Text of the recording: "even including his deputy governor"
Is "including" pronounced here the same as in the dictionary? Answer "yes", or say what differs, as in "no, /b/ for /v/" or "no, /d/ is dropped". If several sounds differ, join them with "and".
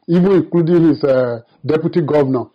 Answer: no, /n/ is dropped